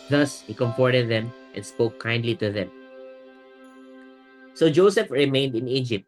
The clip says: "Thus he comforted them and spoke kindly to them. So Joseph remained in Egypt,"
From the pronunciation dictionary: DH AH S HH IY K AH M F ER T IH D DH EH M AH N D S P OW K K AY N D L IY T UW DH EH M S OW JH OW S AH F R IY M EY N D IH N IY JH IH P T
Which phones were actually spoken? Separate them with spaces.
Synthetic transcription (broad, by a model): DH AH S HH IY K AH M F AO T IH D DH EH M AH N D S P OW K K AY N D L IY T UW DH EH M S OW JH OW S AH F R IY M EY N D IH N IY JH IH P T